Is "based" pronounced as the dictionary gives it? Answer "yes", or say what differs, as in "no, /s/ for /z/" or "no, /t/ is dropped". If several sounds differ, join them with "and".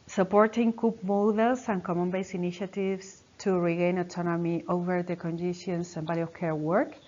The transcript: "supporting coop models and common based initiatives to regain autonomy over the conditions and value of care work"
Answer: no, /t/ is dropped